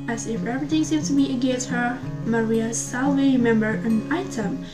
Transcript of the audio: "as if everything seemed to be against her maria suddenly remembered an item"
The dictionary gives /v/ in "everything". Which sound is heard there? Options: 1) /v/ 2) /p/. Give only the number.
2